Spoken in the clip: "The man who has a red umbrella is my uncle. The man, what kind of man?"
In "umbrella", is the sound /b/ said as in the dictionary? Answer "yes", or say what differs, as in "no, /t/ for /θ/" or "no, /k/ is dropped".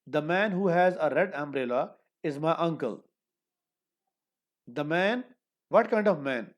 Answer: yes